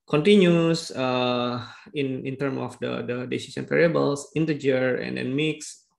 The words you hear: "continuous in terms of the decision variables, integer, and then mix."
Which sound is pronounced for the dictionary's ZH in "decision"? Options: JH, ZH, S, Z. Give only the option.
S